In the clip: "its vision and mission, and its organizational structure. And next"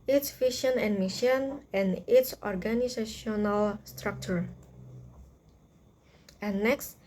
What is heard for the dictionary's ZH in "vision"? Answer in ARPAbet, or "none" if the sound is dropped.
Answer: SH